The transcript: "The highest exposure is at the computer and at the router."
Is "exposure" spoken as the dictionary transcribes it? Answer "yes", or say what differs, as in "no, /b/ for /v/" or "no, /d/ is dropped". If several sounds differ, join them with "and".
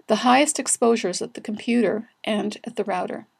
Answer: yes